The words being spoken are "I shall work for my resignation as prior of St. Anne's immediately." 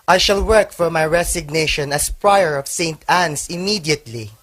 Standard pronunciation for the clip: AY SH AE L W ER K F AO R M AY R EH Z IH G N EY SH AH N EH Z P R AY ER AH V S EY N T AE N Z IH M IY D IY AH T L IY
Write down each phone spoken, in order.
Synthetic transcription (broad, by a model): AY SH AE L W ER K F AO R M AY R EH S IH G N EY SH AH N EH S P R AY ER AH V S EY N T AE N S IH M IY D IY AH T L IY